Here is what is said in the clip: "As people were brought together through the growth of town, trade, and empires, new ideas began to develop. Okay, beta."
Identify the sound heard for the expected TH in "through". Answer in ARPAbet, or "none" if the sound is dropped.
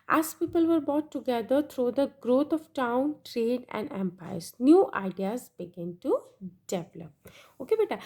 T